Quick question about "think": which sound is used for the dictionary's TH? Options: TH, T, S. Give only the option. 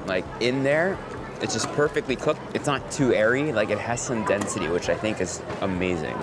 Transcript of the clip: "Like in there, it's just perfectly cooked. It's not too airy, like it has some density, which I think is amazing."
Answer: TH